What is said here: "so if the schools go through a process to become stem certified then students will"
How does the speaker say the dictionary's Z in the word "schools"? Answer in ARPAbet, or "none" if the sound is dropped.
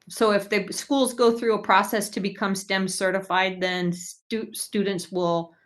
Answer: Z